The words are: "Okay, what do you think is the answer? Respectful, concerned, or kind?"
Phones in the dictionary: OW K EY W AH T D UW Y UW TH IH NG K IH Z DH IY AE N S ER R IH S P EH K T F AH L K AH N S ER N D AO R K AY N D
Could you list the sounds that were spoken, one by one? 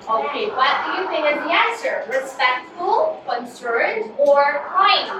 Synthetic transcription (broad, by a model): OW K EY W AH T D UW Y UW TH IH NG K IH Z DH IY AE N S ER R IH S P EH K T F AH L K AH N S ER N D AO R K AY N